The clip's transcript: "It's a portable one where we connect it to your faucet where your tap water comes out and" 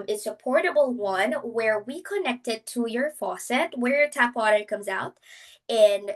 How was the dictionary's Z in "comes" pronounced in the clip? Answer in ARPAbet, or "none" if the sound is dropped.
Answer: Z